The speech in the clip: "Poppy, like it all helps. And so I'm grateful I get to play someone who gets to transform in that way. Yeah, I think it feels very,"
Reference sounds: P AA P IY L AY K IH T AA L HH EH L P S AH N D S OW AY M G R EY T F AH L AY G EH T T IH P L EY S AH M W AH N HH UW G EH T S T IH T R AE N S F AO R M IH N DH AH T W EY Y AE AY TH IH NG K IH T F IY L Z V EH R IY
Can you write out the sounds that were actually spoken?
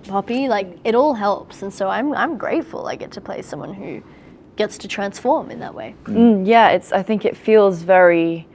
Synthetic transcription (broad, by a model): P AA P IY L AY K IH T AA L HH EH L P S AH N S OW AY M G R EY T F AH L AY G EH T T IH P L EY S AH M W AH N HH UW G EH T S T IH T R AE N S F AO R M IH N DH AH T W EY Y AE AY TH IH NG K IH T F IY L Z V EH R IY